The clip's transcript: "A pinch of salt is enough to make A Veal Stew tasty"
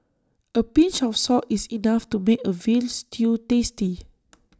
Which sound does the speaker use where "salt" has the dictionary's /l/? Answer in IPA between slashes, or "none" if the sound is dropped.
none